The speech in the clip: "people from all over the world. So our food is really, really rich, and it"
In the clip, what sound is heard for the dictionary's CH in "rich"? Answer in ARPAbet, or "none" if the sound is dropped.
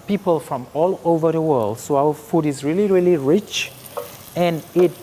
CH